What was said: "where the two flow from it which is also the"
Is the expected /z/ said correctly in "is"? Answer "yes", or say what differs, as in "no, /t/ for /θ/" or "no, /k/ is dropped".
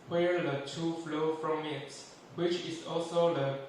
no, /s/ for /z/